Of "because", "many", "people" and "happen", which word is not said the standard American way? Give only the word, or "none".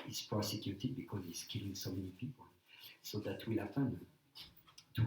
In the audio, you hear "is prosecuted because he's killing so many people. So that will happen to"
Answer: happen